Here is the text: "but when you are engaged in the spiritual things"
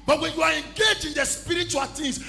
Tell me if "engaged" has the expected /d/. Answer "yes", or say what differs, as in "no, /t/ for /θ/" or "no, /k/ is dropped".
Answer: no, /d/ is dropped